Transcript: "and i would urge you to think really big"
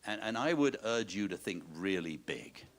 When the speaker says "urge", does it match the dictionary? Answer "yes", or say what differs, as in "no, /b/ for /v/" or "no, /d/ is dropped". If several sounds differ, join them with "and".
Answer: yes